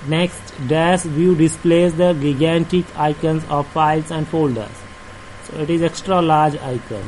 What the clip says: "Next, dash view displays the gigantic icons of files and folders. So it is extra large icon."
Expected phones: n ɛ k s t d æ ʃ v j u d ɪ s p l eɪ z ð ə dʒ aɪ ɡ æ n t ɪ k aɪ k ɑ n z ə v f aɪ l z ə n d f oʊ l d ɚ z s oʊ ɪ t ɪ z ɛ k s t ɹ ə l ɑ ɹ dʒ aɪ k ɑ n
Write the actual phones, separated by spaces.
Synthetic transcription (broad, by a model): n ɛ k s t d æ s v j u d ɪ s p l eɪ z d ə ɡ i ɡ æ n t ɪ k aɪ k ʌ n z ə v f aɪ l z ə n d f oʊ l d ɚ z s oʊ ɪ t ɪ z ɛ k s t ɹ ə l ɑ ɹ dʒ aɪ k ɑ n